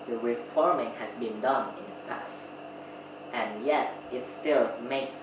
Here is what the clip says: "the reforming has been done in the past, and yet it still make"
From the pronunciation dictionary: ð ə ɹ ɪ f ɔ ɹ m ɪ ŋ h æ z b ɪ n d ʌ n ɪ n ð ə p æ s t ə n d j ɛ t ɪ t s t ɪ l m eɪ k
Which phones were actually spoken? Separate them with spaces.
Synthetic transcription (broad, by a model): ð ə ɹ ɪ f ɔ ɹ m ɪ ŋ h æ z b ɪ n d ʌ n ɪ n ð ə p æ s t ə n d j ɛ t ɪ t s t ɪ l m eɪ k